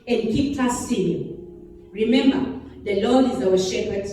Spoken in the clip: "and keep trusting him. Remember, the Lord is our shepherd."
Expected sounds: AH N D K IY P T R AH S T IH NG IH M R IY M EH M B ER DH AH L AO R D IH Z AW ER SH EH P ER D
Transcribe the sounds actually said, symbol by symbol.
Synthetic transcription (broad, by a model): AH N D K IY P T AH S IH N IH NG R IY M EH M B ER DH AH L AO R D IH Z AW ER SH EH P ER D